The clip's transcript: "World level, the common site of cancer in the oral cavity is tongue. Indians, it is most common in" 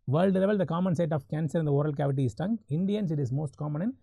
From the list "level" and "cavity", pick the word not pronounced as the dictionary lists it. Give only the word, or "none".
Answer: none